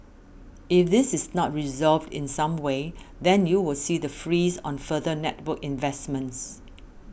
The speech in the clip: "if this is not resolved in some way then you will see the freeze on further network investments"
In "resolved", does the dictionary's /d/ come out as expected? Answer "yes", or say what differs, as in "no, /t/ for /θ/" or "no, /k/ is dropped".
yes